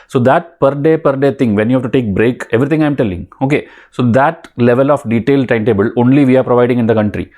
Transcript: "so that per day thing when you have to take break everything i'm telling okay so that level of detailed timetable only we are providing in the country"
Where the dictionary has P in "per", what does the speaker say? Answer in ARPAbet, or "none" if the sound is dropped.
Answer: P